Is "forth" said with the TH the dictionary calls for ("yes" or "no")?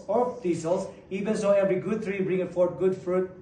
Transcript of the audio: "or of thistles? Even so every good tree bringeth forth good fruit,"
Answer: no